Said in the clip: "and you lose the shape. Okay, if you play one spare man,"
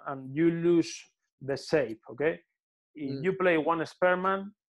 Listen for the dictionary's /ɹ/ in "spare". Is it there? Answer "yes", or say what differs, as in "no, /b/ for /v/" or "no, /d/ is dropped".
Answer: yes